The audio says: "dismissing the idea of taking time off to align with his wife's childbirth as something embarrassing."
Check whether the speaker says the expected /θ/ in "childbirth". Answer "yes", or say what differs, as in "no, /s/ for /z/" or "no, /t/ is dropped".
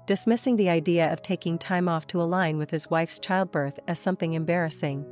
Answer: yes